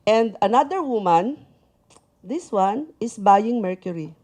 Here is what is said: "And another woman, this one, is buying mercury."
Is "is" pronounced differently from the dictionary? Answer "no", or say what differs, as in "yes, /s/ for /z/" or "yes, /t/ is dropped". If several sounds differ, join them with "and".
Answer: yes, /s/ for /z/